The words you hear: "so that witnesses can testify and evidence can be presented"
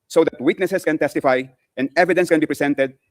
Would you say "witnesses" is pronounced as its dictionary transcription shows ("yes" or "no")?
no